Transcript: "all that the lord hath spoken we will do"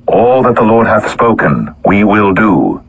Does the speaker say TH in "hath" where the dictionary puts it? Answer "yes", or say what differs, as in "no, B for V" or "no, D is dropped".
yes